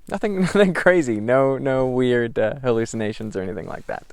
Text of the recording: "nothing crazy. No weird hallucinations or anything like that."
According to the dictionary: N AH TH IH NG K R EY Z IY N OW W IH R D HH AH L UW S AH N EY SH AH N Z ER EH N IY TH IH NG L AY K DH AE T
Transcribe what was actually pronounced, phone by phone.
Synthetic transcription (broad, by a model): N AH TH IH NG K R EY Z IY N OW W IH R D HH AH L UW S AH N EY SH AH N Z ER EH N IY TH IH NG L AY K DH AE T